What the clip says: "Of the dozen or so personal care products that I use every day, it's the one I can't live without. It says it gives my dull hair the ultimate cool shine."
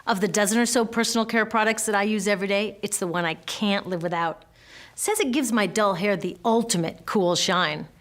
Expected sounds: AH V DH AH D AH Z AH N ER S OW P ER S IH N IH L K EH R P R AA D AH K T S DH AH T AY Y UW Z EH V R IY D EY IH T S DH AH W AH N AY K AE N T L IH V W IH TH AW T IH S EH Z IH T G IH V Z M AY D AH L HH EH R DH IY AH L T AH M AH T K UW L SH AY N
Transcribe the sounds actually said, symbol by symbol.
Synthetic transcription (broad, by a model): AH V DH AH D AH Z AH N ER S OW P ER S N L K EH R P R AA D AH K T S DH AH T AY Y UW Z EH V R IY D EY IH T S DH AH W AH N AY K AE N T L IH V W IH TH AW T S EH Z IH T G IH V Z M AY D AH L HH EH R DH IY AH L T AH M AH T K UW L SH AY N